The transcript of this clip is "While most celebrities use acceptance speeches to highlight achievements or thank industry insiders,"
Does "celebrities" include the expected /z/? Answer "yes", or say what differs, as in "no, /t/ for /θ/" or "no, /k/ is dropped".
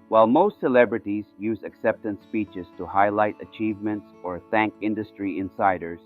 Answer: yes